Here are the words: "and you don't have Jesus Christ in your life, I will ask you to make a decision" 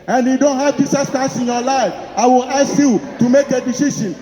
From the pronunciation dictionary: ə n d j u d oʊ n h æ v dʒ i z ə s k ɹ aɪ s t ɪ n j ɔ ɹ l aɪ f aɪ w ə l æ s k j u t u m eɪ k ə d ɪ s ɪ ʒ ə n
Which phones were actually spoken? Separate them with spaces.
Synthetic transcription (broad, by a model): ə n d j u d oʊ n h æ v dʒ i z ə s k aɪ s ɪ n j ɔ l aɪ f aɪ w ə l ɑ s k j u t u m eɪ k ə d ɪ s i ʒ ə n